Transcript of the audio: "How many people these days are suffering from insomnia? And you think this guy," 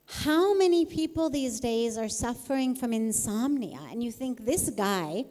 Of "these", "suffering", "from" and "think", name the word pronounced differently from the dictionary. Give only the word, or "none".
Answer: none